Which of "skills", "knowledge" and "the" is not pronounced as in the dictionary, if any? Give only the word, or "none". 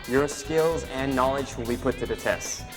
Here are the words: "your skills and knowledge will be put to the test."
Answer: none